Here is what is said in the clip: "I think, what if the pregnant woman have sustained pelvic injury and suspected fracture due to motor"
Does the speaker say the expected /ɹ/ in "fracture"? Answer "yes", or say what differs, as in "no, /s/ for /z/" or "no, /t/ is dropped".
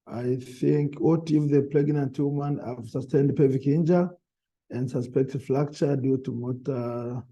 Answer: no, /l/ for /ɹ/